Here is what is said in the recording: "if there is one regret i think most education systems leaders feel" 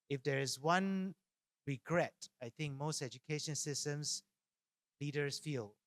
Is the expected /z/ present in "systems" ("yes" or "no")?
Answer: no